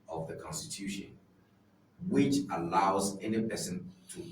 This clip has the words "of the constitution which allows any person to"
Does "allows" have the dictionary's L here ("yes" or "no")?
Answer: yes